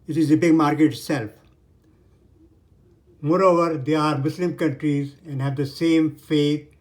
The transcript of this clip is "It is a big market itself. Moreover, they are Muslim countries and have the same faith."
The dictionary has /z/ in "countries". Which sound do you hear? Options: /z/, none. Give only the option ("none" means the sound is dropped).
/z/